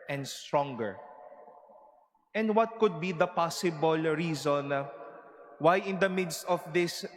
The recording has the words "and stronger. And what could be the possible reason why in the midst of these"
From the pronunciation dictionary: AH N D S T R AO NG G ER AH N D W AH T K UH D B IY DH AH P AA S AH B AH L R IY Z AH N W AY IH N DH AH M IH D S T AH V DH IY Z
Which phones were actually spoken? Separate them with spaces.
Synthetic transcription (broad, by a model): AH N D S T R AO NG G ER AH N D W AH T K UH D B IY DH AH P AA S AH B AH L R IY Z AH N W AY IH N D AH M IH D S T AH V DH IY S